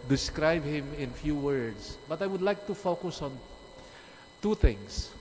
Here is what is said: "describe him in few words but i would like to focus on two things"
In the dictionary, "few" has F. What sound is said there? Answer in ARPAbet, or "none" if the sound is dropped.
F